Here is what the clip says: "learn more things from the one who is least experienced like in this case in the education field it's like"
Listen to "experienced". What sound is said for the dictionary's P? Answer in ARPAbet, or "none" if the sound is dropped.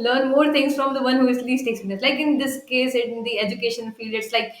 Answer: none